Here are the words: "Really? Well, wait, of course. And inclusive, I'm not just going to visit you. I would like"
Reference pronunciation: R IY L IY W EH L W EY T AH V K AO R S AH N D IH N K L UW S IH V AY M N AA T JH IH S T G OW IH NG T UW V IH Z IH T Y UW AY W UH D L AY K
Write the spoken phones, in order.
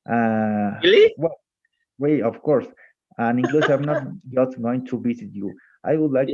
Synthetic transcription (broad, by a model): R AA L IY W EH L W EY AH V K AO R S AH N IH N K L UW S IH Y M N AA T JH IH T G OW IH NG T UW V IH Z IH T Y UW AY W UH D L AY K